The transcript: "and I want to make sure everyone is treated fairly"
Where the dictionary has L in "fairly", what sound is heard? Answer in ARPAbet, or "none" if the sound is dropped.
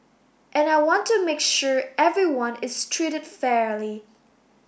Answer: L